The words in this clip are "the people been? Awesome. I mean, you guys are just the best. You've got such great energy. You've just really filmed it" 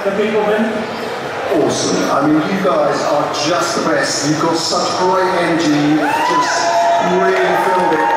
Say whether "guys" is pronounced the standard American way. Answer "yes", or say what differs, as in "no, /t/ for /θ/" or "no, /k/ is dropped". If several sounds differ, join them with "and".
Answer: yes